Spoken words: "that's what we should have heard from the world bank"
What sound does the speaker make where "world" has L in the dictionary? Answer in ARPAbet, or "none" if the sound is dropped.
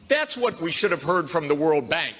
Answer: L